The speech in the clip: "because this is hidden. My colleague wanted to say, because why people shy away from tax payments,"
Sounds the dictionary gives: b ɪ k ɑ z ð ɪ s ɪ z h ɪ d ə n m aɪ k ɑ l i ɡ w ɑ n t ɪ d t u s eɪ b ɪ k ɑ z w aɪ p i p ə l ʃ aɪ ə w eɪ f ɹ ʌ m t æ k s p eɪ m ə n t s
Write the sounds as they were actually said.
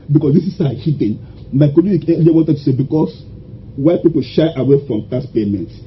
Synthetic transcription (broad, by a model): b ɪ k ɑ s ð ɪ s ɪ s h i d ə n m aɪ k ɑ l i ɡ w ɑ n t ɪ d t u s eɪ b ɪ k ɑ s w aɪ p i p ə l ʃ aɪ ə w eɪ f ɹ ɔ m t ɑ s p eɪ m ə n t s